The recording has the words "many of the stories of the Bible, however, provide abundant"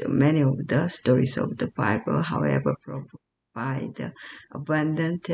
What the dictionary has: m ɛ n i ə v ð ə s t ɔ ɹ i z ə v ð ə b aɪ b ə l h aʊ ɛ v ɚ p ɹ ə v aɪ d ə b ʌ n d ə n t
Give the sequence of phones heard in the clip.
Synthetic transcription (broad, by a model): m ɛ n i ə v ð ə s t ɔ ɹ i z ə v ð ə b aɪ b ə l h aʊ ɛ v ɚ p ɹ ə b aɪ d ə b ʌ n d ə n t